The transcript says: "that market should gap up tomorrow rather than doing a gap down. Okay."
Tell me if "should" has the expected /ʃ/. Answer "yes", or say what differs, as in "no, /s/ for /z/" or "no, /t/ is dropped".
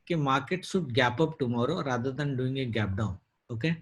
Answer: no, /s/ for /ʃ/